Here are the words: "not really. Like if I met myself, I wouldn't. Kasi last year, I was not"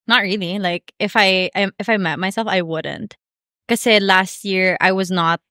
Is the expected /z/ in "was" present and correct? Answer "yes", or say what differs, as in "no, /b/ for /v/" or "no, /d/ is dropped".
yes